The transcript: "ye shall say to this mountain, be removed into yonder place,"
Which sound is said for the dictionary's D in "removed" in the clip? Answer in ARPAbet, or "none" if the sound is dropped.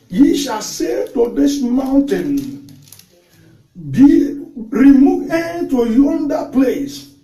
none